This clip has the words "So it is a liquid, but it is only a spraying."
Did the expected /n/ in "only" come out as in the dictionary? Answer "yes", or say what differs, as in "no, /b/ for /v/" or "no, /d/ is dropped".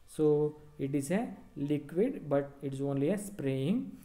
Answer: yes